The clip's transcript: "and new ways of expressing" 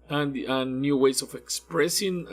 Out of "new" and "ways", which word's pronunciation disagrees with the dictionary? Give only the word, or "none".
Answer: ways